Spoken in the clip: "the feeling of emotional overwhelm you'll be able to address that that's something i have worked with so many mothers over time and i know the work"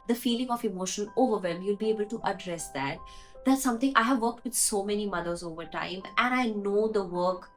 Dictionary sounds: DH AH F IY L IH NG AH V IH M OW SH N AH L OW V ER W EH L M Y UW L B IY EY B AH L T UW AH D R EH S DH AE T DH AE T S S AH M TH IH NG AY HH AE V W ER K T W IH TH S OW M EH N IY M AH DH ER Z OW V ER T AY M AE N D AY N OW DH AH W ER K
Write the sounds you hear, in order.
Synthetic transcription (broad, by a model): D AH F IY L IH NG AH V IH M OW SH AH N OW V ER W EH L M Y UW L B IY EY B AH L T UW AH D R EH S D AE T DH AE T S S AH M T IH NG AY HH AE V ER K T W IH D S OW M EH N IY M AH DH ER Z OW V ER T AY M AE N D AY N OW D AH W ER K